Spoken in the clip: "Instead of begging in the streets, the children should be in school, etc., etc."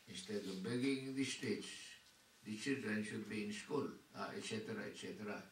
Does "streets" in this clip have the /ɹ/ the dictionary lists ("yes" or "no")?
no